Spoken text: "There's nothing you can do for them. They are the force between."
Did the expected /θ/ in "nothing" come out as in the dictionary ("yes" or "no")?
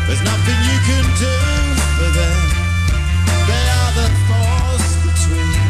yes